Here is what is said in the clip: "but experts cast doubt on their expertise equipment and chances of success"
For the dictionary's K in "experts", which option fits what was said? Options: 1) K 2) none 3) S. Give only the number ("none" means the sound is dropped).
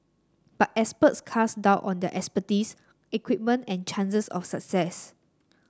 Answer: 2